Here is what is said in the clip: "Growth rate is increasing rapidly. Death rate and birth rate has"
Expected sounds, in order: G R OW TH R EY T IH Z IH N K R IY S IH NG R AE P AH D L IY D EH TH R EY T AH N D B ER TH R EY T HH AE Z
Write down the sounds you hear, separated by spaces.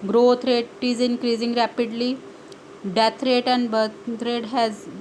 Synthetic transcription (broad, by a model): G R OW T R EY T IH Z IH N K R IY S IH NG R AE P AH D L IY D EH T R EY T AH N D B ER T R EY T HH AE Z